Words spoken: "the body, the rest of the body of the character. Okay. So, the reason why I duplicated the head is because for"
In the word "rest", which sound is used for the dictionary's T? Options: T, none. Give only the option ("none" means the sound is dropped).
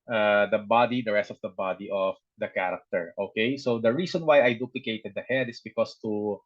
T